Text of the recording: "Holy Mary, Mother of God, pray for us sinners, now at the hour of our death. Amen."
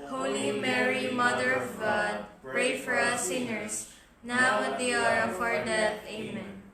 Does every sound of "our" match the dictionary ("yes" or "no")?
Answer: yes